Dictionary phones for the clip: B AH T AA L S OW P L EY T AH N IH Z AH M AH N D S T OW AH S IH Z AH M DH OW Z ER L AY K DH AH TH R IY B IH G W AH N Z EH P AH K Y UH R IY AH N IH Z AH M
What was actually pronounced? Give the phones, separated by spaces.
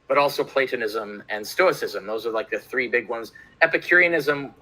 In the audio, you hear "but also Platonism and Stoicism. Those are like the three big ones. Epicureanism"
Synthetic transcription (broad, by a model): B AH T AA L S OW P L EY T AH N IH Z AH M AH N S T OW AH S IH Z AH M DH OW Z ER L AY K DH AH TH R IY B IH G W AH N Z EH P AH K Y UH R IY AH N IH Z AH M